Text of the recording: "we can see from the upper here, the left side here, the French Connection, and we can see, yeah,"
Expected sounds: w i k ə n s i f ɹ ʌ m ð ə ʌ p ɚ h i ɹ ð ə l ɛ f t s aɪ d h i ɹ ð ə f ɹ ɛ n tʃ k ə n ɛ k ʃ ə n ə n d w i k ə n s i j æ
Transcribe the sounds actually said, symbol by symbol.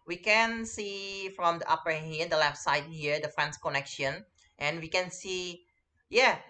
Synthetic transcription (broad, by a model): w i k ə n s i f ɹ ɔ m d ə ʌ p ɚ h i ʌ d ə l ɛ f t s aɪ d h i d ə f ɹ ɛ n s k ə n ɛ k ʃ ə n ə n w i k ə n s i j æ